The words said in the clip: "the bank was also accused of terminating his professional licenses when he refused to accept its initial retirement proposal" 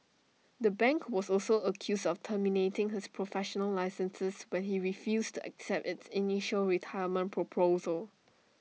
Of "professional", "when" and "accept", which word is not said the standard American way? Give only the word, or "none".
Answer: none